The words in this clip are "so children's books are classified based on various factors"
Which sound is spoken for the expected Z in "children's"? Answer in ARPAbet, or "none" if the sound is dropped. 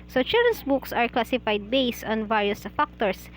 S